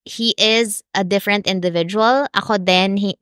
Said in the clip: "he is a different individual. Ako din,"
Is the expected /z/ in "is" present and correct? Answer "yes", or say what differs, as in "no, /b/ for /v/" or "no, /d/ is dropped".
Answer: yes